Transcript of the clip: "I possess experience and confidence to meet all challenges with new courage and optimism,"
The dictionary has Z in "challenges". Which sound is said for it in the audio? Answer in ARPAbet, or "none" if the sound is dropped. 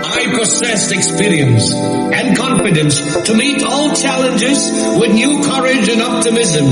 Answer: Z